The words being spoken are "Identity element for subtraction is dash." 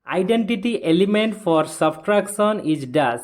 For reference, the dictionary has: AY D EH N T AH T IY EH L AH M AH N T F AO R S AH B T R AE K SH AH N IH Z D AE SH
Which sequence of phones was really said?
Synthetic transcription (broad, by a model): AY D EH N T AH T IY EH L AH M AH N T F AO R S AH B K R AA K S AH N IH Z D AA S